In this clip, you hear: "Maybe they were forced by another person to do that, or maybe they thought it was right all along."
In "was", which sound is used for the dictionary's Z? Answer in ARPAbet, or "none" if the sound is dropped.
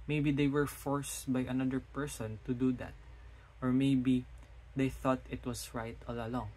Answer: S